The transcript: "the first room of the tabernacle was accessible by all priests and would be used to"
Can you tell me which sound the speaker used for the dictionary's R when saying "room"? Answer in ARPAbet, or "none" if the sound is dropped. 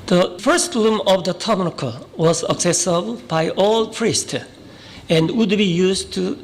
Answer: L